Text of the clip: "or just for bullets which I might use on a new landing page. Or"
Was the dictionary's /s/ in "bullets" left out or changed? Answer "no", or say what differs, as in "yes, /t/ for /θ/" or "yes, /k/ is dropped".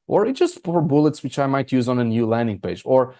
no